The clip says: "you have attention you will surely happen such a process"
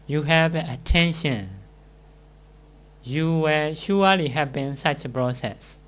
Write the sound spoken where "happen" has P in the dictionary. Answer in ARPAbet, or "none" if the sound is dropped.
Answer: B